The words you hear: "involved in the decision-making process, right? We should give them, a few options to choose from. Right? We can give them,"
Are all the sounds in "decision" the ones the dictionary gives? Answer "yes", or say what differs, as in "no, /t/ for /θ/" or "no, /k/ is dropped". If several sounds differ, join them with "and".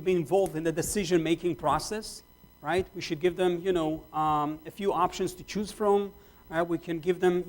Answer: yes